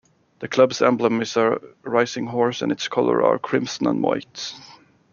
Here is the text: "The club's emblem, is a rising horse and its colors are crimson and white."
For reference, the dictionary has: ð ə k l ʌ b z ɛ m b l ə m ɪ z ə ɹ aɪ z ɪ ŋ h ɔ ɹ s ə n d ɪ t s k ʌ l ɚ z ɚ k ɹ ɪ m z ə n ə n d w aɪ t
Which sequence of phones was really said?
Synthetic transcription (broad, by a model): ð ə k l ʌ b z ɛ m b l ə m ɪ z ə ɹ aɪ s ɪ ŋ h ɔ ɹ s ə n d ɪ t s k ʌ l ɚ ɚ k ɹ ɪ m s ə n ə n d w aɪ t